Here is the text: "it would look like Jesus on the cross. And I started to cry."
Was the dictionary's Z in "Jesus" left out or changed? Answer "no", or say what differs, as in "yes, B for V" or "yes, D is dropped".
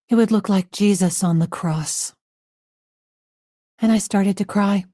no